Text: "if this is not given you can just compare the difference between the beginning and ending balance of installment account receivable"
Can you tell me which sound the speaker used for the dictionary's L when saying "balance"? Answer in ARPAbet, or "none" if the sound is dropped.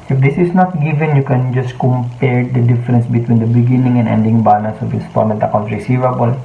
N